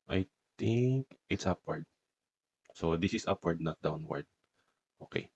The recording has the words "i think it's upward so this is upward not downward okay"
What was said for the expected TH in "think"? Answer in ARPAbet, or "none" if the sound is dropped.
T